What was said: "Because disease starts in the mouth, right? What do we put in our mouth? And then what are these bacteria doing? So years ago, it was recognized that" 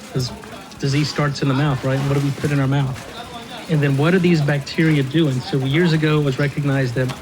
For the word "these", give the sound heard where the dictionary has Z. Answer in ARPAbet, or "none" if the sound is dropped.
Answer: Z